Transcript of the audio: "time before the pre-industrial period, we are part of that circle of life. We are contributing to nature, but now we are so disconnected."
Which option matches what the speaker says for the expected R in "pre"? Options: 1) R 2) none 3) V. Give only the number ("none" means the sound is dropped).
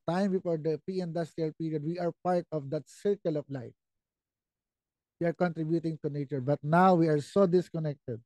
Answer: 2